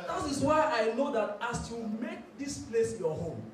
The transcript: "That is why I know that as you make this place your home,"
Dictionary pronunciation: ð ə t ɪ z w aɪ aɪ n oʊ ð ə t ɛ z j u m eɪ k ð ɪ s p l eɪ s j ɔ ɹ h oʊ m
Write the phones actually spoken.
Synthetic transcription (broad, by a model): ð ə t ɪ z w aɪ aɪ n oʊ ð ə t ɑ s j u m eɪ k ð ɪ s p l eɪ s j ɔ h oʊ m